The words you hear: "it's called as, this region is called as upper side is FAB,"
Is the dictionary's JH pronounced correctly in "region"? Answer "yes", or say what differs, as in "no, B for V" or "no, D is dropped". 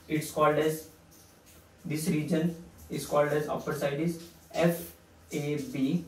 yes